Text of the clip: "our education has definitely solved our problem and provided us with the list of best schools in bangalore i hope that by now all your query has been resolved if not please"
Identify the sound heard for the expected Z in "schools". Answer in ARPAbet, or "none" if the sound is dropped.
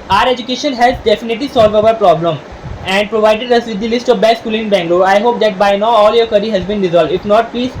none